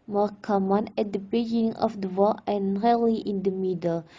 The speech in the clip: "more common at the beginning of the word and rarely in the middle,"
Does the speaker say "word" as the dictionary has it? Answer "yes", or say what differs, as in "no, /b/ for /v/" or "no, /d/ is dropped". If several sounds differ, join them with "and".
no, /d/ is dropped